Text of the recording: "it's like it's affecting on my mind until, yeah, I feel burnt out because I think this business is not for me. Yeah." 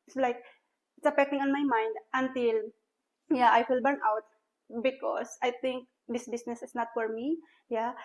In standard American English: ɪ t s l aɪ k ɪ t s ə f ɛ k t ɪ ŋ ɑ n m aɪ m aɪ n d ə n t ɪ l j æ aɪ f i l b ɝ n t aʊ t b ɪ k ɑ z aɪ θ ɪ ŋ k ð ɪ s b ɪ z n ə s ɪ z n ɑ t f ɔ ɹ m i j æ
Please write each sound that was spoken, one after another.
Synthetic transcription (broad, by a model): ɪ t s l aɪ k ɪ t s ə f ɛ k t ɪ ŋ ɑ n m aɪ m aɪ n d ə n t ɪ l j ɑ aɪ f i l b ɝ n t aʊ t b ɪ k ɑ s aɪ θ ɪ ŋ k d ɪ s b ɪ s n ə s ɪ s n ɑ t f ɔ ɹ m i j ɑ